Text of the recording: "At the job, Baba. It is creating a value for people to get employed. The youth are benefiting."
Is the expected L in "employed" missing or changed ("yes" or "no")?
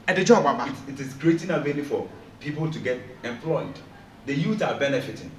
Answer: no